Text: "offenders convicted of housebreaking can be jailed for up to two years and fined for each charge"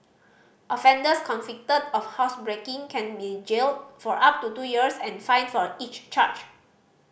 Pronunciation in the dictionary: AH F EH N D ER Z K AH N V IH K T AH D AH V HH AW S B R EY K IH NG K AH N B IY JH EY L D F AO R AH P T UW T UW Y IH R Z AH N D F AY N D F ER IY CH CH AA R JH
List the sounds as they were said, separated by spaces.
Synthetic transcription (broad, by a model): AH F EH N D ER S K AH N F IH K T AH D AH F HH AW S B R EY K IH NG K AH N B IY JH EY L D F AO R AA P T UW T UW Y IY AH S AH N F AY N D F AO IY CH CH AA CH